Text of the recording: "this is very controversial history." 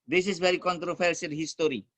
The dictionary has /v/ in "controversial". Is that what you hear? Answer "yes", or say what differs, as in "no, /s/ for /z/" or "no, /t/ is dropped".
no, /f/ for /v/